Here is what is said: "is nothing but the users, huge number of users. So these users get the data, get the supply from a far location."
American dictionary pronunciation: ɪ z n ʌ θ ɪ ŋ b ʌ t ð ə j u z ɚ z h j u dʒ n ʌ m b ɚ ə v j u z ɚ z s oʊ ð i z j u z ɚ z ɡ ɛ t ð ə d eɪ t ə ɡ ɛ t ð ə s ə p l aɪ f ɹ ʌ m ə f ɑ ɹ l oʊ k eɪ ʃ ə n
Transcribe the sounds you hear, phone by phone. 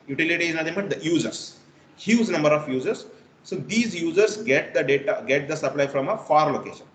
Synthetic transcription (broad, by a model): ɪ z n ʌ t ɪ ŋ b ʌ t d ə j u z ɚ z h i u z n ʌ m b ɚ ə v j u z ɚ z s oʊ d i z j u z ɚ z ɡ ɛ t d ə d eɪ t ə ɡ ɛ t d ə s ə p l aɪ f ɹ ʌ m ə f ɑ ɹ l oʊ k eɪ ʃ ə n